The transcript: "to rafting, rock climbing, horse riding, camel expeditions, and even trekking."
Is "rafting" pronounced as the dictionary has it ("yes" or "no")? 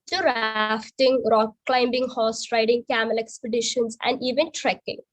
yes